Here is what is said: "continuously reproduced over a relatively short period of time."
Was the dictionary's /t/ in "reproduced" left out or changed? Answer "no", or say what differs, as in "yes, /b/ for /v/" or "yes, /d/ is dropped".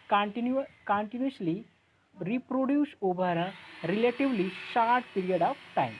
yes, /t/ is dropped